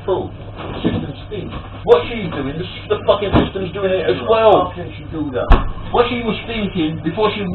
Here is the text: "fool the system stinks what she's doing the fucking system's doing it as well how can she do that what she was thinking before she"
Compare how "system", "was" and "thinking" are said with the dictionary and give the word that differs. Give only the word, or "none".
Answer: none